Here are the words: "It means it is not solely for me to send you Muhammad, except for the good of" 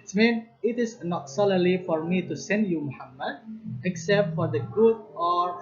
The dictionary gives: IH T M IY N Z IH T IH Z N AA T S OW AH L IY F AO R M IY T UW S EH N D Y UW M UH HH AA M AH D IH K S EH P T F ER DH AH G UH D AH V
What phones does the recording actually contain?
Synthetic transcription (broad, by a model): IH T M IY N IH T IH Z N AA T S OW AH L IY F AO R M IY T UW S EH N D Y UW M UH HH AA M AH D IH K S EH P T F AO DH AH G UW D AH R